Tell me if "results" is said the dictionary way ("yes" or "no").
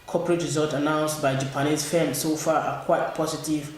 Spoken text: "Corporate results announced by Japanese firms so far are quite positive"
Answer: no